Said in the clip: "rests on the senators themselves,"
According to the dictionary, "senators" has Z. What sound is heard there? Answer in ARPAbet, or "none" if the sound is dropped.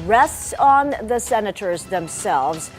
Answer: Z